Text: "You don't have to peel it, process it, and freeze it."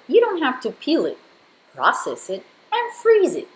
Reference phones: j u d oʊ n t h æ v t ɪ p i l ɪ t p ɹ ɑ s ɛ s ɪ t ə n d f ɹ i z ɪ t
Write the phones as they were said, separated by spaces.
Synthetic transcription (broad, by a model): j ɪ d oʊ n t h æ f t ɪ p i l ɪ t p ɹ ɑ s ɛ s ɪ t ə n f ɹ i z ɪ t